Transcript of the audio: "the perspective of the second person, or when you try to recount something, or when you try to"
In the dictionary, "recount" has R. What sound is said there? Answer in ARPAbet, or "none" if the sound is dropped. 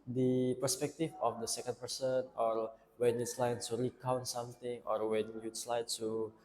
R